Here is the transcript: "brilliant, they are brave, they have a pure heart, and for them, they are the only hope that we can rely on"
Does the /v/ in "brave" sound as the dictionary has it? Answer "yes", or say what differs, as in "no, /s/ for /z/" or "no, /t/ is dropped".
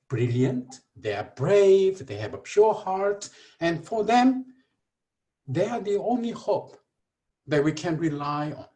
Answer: yes